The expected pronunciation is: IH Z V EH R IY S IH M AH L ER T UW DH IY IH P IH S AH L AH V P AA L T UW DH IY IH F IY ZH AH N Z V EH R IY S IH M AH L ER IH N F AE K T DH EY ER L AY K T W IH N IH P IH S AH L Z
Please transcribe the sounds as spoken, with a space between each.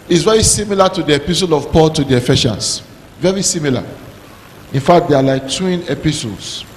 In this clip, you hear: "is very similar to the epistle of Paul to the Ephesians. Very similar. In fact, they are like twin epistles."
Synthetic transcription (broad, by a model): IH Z V EH R IY S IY M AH L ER T UW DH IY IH P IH S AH L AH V P AA L T UW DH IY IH F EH SH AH N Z V EH R IY S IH M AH L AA IH N F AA K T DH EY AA L AY K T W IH N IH P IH S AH L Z